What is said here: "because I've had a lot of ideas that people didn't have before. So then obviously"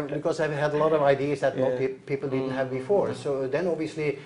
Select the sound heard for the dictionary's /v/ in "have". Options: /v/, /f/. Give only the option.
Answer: /v/